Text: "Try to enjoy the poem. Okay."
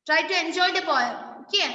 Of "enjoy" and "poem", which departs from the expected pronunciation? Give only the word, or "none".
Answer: poem